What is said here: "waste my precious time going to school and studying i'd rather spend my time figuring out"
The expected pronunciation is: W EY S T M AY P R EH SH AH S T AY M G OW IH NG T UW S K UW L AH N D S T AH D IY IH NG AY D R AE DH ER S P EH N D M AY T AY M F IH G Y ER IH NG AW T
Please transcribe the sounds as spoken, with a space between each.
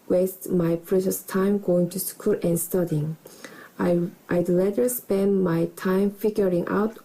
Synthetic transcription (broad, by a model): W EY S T M AY P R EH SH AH S T AY M G OW IH NG T UW S K UW L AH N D S T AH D IY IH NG AY D L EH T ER S P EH N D M AY T AY M F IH G Y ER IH NG AW T